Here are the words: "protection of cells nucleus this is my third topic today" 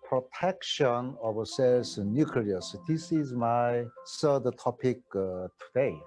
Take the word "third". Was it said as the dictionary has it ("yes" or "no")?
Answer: no